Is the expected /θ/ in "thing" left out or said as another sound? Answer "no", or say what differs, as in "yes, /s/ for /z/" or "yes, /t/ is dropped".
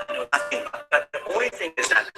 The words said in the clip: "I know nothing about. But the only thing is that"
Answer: no